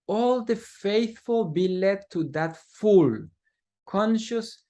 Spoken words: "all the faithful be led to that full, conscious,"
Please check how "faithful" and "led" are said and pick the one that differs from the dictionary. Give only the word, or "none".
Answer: none